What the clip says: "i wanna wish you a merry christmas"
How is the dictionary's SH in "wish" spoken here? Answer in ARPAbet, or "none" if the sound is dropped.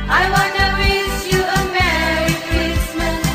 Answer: S